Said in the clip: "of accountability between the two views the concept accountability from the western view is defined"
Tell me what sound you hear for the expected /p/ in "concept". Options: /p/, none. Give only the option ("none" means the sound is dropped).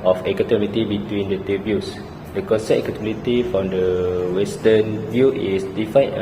none